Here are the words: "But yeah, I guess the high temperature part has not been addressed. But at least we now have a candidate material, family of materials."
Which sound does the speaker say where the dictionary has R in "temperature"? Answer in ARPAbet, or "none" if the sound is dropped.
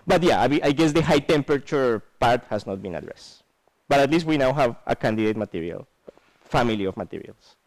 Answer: none